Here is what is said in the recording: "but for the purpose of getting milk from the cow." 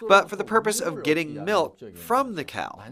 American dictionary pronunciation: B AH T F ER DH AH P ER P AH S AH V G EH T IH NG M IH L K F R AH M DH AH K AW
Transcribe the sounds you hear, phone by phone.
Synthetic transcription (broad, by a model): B AH T F ER DH AH P ER P AH S AH V G EH T IH NG M IH L K F R AH M DH AH K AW